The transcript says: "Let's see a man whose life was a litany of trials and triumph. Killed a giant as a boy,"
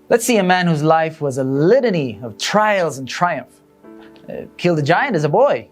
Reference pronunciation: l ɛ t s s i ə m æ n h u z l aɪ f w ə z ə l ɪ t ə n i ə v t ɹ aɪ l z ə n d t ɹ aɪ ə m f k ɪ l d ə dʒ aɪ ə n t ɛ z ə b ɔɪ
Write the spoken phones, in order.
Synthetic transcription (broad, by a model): l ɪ t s s i ə m æ n h u z l aɪ f w ə z ə l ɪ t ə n i ə v t ɹ aɪ l z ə n t ɹ aɪ ə m f k ɪ l d ə dʒ aɪ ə n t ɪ z ə b ɔɪ